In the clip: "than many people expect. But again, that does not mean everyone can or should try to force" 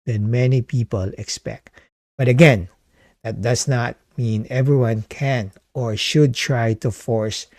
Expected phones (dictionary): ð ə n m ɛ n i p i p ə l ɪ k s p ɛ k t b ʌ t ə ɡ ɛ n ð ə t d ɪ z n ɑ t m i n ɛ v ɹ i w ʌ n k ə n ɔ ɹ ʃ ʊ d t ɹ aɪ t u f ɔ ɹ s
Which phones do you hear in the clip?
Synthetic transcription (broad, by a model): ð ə n m ɛ n i p i p ə l ɪ k s p ɛ k t b ʌ t ə ɡ ɛ n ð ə t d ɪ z n ɑ t m i n ɛ v ɹ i w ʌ n k ə n ɔ ɹ ʃ ʊ d t ɹ aɪ t u f ɔ ɹ s